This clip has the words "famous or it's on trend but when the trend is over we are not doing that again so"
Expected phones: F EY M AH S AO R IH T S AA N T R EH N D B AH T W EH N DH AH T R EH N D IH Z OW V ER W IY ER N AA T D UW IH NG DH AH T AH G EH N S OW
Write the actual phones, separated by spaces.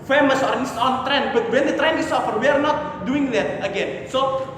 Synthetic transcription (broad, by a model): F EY M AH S AO R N S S AA N T R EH N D B AH T W EH N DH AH T R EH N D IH S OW F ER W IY ER N AA T D UW IH NG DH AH T AH G EH N S OW